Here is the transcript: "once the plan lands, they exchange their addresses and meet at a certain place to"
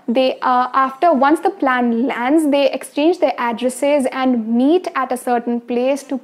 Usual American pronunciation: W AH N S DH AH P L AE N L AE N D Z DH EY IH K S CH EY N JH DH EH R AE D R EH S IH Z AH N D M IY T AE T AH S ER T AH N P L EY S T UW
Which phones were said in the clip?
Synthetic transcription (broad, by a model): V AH N S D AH P L AE N L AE N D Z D EY IH K S CH EY N JH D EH R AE D R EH S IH Z AH N D M IY T AE T AH S ER T AH N P L EY S T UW